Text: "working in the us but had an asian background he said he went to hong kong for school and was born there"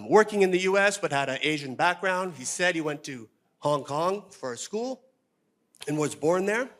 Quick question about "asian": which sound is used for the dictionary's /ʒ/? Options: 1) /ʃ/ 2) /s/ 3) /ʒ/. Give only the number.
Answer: 3